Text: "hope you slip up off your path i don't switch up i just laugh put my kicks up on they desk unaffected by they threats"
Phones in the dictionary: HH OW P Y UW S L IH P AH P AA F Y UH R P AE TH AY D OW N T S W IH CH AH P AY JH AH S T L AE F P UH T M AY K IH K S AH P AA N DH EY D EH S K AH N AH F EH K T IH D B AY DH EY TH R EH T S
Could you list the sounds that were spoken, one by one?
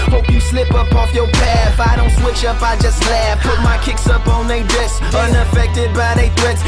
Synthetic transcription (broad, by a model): HH OW P Y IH S L IH P AH P AA F Y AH R P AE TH AY D OW N T S W IH CH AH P AY JH AH S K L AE P UH T M AY K IH K S AH P N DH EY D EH S AH N AH F EH K T IH D B AY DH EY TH R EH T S